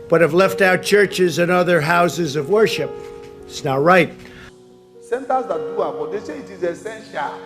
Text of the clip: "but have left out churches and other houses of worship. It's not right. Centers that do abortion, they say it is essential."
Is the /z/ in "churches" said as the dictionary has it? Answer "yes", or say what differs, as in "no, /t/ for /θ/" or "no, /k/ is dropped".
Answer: yes